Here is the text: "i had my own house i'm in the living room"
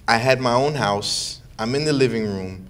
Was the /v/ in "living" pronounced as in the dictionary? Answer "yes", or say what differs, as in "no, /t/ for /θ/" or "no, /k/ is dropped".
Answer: yes